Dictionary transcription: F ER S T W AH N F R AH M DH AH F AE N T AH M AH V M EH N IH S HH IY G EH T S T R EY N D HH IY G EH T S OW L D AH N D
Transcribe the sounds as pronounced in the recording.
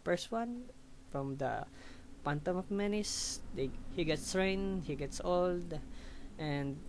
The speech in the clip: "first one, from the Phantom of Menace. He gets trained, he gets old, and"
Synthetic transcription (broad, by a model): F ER S T W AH N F R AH M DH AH P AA N T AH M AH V M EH N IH S HH IY G EH T S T R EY N HH IY G EH T S OW L D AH N D